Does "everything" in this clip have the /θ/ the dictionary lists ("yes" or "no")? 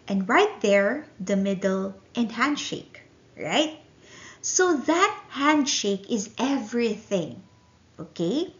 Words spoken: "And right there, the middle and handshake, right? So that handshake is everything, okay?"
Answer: yes